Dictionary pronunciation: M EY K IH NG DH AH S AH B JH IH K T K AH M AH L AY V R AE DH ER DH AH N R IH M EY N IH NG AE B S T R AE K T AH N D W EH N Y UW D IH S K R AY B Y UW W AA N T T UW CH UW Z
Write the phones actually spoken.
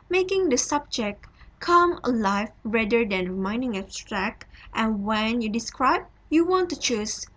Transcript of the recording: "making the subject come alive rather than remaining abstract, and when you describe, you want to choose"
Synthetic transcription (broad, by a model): M EY K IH NG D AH S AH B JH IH K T K AH M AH L AY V R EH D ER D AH N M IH IH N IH NG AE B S T R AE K T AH N W EH N Y UW D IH S K R AY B Y UW W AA N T T UW CH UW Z